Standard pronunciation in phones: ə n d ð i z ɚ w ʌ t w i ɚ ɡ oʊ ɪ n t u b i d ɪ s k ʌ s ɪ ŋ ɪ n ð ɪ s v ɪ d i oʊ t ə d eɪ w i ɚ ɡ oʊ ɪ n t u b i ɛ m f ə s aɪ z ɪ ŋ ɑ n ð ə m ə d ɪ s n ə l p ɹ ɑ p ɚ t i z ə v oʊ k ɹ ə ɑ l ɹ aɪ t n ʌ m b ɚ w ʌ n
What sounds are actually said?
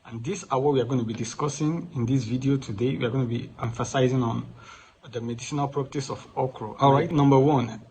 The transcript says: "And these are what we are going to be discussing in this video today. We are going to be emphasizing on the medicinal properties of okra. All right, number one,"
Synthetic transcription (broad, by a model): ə n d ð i s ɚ w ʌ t w i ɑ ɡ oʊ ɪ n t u b i d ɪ s k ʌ s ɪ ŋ ɪ n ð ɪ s v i d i oʊ t ə d eɪ w i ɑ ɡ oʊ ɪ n t u b i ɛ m f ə s aɪ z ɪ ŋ ɑ n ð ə m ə d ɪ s n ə l p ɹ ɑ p t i s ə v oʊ k ɹ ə ɑ l ɹ aɪ t n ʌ m b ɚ w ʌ n